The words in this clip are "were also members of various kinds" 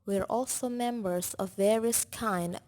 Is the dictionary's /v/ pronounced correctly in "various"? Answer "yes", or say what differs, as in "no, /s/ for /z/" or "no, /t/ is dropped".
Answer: yes